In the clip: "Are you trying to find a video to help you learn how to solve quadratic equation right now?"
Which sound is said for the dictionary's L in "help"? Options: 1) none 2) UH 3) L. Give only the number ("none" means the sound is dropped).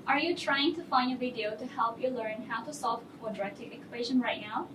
3